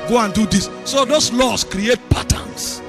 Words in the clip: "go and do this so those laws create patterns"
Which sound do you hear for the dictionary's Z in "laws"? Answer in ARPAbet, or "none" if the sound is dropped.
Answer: S